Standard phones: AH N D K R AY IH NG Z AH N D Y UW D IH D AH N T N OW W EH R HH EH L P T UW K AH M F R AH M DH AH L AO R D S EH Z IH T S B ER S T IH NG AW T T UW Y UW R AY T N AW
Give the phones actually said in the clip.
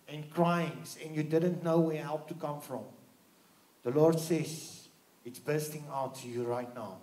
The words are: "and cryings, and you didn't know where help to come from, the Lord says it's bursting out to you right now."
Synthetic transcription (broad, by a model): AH N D K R AY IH NG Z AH N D Y UW D IH D AH N T N OW W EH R HH EH L P T UW K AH M F R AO M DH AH L AO R D S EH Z IH T S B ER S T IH NG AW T T UW Y UW R AY T N AW